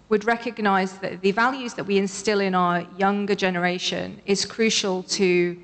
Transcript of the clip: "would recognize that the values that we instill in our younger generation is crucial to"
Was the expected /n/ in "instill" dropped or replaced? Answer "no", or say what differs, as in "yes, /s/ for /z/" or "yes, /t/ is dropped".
no